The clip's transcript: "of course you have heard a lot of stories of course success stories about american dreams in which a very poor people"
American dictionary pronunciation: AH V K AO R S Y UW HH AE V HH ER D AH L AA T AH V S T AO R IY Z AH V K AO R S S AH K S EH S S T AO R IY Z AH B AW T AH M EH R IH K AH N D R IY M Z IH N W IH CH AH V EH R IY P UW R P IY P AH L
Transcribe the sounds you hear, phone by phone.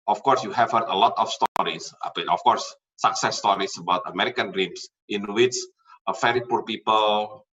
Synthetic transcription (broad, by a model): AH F K AO R S Y UW HH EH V HH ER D AH L AA T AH F S T AO R IY S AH F K AO R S S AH K S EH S S T AO R IY S AH B AW T AH M EH R IH K AH N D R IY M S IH N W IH S AH F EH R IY P UW R P IY P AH L